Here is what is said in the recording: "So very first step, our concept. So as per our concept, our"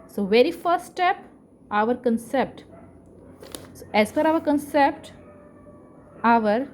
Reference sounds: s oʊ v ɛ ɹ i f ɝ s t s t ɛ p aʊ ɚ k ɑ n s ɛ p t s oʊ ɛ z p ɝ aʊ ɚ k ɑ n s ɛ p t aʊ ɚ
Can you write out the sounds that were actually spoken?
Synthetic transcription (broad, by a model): s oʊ v ɛ ɹ i f ɝ s t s t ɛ p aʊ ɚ k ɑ n s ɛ p t s oʊ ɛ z f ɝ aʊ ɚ k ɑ n s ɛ p t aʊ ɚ